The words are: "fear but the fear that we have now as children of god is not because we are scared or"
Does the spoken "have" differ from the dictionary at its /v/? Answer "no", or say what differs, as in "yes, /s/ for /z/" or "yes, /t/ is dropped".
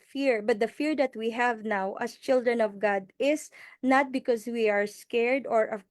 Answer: no